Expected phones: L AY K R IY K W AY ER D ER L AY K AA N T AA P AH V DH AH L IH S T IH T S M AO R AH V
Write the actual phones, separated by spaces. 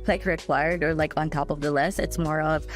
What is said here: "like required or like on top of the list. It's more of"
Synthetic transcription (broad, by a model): L AY K R IY K W AY ER D ER L AY K N T AA P AH V DH AH L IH S IH T S M AO R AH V